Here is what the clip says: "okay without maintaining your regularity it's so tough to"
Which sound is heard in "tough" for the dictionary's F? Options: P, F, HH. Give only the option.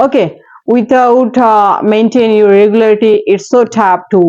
P